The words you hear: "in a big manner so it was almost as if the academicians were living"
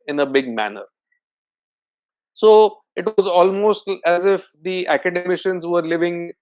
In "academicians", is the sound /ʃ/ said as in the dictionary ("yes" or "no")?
yes